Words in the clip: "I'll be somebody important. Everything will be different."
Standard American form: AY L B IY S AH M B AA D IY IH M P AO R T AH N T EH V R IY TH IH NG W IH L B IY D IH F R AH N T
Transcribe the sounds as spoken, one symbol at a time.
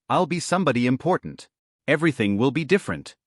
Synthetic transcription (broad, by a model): AY L B IY S AH M B AA D IY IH M P AO R T N T EH V R IY TH IH NG W IH L B IY D IH F R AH N T